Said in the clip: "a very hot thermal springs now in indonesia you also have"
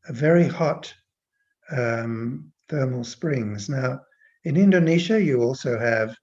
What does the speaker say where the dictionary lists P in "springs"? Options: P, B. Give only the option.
P